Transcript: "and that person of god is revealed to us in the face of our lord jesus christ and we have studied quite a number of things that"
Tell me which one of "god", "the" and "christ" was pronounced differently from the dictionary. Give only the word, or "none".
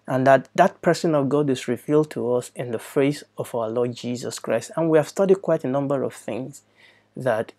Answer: none